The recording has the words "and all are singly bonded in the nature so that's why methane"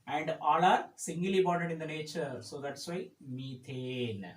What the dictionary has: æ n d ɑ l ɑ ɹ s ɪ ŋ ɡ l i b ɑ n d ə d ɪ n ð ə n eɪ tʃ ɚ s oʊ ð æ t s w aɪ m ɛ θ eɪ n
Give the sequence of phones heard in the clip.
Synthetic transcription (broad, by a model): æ n d ɑ l ɑ ɹ s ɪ ŋ ɡ l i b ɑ d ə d ɪ n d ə n eɪ tʃ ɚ s oʊ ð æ t s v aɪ m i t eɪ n